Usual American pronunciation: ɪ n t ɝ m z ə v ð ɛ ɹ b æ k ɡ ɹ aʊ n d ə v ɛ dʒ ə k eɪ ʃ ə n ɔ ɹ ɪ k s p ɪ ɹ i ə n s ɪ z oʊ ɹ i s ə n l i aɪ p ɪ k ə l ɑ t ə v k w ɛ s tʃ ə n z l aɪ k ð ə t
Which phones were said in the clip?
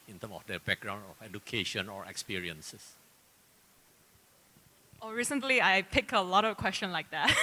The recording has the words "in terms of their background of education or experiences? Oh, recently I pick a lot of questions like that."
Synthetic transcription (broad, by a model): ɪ n t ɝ m ə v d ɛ b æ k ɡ ɹ aʊ n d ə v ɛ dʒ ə k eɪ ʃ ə n ɔ ɹ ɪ k s p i ɹ i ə n s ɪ s oʊ ɹ i s ə n l i aɪ p ɪ k ə l ɑ t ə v k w ɛ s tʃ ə n l aɪ k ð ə t